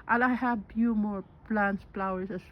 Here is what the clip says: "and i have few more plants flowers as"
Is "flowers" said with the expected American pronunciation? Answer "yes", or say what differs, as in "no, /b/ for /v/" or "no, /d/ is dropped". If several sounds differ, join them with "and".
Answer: no, /p/ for /f/ and /s/ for /z/